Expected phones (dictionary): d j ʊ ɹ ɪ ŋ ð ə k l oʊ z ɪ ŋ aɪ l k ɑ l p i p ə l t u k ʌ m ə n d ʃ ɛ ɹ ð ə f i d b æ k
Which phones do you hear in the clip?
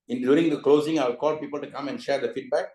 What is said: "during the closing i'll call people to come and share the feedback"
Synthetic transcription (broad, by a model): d j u ɹ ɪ ŋ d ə k l oʊ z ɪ ŋ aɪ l k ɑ l p i p ə l t u k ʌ m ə n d ʃ ɛ ɹ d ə f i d b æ k